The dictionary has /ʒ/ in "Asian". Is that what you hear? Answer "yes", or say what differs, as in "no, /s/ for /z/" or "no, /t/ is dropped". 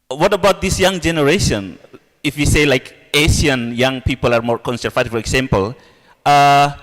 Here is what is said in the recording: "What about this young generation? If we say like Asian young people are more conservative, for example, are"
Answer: no, /ʃ/ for /ʒ/